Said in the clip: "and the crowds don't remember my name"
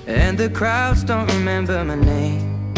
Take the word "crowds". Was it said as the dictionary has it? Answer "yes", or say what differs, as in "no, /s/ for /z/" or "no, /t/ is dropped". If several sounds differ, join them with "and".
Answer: yes